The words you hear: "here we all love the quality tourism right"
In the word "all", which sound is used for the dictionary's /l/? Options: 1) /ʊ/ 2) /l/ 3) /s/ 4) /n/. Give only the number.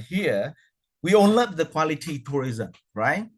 4